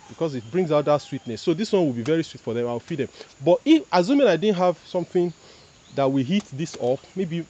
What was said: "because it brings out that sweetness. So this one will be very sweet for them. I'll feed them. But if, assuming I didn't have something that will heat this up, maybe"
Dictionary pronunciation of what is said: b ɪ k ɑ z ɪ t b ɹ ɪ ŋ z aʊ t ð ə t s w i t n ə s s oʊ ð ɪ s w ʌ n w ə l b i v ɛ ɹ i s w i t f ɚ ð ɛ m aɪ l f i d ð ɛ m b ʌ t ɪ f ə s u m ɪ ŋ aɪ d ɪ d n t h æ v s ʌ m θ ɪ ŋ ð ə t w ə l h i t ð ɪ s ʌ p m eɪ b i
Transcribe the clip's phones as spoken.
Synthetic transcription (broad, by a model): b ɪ k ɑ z ɪ t b ɹ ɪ ŋ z aʊ t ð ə t s w i t n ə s s oʊ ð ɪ s w ʌ n w ə l b i v ɛ ɹ i s w i t f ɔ ð ɛ m aɪ w f i d ð ɛ m b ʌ t ɪ f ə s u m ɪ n aɪ d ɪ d n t h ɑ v s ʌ m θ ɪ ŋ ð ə t w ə h i t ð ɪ s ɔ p m eɪ b i